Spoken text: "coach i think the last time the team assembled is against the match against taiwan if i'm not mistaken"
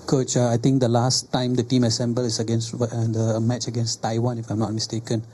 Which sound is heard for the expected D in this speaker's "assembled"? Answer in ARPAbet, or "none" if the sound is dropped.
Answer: none